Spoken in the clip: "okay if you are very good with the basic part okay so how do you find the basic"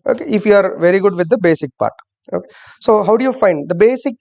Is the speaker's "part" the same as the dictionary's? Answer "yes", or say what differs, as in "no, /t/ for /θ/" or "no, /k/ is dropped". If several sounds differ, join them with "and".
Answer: yes